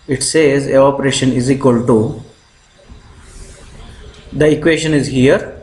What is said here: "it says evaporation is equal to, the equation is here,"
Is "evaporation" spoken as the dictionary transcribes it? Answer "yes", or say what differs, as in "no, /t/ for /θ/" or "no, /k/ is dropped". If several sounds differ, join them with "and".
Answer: no, /v/ is dropped